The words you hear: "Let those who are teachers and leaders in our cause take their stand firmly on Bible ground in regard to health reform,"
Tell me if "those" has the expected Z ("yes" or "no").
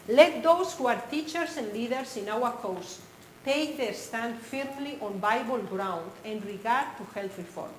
no